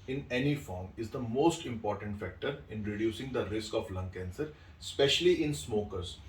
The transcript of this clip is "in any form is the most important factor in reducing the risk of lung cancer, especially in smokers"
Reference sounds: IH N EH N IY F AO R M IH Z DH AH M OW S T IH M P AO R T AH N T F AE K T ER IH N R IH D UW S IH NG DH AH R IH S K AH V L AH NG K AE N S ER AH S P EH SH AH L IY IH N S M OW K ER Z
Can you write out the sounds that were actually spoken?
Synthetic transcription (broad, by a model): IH N EH N IY F AO R M IH Z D AH M OW S T IH M P AO R T AH N T F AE K T ER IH N R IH D UW S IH NG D AH R IH S K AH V L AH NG K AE N S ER S P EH SH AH L IY IH N S M OW K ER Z